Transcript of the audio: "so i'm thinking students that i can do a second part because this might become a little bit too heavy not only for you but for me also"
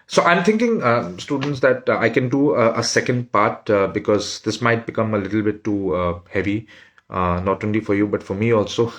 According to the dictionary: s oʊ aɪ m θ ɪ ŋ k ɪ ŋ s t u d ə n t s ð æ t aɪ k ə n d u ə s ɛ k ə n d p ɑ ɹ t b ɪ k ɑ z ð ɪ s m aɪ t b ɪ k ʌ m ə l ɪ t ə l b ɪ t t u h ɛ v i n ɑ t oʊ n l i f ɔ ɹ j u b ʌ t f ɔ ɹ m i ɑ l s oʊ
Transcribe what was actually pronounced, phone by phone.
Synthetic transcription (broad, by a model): s oʊ aɪ m t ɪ ŋ k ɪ ŋ s t u d ə n t s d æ t aɪ k ə n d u ə s ɛ k ə n d p ɑ ɹ t b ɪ k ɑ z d ɪ s m aɪ t b ɪ k ʌ m ə l ɪ t l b ɪ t t u h ɛ v i n ɑ t oʊ n l i f ɔ ɹ j u b ʌ t f ɔ ɹ m i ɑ l s oʊ